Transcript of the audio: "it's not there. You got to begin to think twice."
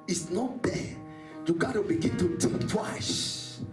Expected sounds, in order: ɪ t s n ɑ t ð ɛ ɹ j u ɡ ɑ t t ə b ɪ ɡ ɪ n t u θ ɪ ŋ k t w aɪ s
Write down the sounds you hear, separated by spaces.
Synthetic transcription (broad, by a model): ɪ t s n ɑ t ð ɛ j u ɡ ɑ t t ə b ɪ ɡ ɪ n t u t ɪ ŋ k t w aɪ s